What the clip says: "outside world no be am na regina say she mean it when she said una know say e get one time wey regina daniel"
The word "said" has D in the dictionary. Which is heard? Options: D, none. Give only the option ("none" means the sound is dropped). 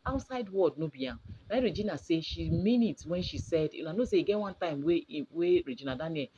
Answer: D